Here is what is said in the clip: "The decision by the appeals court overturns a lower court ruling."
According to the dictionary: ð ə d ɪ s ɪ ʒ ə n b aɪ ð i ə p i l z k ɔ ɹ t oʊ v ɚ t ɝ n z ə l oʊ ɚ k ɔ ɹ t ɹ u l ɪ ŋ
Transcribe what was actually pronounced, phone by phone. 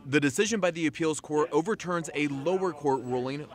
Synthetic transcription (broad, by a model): ð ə d ɪ s ɪ ʒ ə n b aɪ ð i ə p i l z k ɔ ɹ t oʊ v ɚ t ɝ n z ə l oʊ ɚ k ɔ ɹ t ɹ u l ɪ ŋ